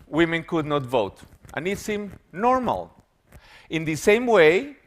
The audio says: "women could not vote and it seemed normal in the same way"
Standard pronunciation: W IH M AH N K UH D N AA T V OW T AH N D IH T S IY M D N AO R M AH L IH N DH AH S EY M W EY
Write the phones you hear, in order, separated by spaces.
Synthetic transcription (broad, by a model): W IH M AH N K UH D N AA T V OW T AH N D IH T S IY M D N AO R M AH L IH N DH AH S EY M W EY